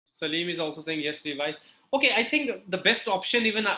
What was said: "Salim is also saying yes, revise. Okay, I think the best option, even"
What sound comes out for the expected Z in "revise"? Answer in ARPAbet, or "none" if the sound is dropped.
none